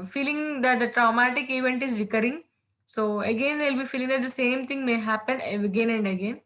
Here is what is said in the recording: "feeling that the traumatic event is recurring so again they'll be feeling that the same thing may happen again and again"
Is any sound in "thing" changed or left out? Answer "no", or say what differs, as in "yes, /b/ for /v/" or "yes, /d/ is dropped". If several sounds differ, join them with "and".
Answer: yes, /t/ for /θ/